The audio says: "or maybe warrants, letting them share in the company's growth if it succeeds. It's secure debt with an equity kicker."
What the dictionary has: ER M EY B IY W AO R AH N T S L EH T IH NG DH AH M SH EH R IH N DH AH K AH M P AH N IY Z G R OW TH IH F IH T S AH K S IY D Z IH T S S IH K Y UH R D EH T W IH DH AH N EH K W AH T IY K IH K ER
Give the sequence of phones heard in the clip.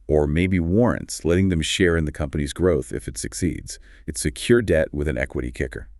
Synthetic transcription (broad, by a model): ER M EY B IY W AO R AH N T S L EH T IH NG DH AH M SH EH R IH N DH AH K AH M P AH N IY Z G R OW TH IH F IH T S AH K S IY D Z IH T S S IH K Y UH R D EH T W IH DH AH N EH K W AH T IY K IH K ER